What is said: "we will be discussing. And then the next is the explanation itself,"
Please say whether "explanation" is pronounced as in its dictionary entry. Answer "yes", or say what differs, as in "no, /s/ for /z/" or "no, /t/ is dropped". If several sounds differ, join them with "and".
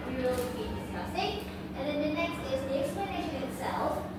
yes